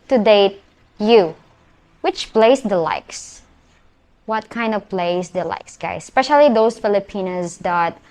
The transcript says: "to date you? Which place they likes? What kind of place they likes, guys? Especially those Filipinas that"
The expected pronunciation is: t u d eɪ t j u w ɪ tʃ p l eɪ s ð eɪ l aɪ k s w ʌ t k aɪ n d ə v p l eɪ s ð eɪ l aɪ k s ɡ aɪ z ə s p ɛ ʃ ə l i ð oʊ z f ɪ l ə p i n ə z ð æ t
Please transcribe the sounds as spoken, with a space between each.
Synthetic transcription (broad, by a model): t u d eɪ t j u w ɪ tʃ p l eɪ s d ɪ l aɪ k s w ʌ t k aɪ n d ə v p l eɪ s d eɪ l aɪ k s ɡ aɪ ə s p ɛ ʃ ə l i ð oʊ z f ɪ l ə p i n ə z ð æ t